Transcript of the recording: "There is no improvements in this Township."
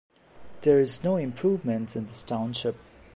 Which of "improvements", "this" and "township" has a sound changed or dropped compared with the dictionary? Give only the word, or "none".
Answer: improvements